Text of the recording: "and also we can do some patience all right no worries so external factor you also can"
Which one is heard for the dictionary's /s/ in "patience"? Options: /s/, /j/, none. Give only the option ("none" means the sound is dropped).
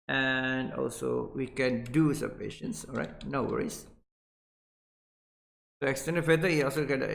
/s/